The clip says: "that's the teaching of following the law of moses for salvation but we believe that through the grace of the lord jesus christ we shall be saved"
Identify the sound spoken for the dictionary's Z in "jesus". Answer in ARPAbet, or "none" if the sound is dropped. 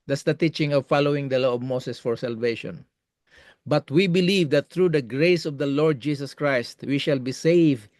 S